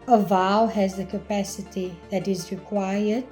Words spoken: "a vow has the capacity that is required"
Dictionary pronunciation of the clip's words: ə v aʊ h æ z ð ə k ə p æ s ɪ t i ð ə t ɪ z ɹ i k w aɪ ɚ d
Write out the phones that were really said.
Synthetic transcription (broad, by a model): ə v aʊ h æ z ð ə k ə p æ s ɪ t i ð ə t ɪ z ɹ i k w aɪ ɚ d